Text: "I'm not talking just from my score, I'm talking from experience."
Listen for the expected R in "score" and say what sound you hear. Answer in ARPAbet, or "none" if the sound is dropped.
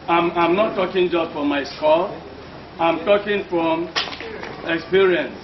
L